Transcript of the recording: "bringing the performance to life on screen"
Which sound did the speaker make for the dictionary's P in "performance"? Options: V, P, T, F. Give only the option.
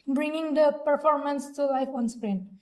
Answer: P